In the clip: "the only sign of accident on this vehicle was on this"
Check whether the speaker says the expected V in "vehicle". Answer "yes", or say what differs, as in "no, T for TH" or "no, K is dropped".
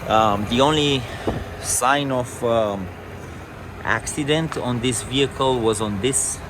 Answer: yes